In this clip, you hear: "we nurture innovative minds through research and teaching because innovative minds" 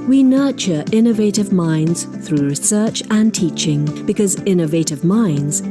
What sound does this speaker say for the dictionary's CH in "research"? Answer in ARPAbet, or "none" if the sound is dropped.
CH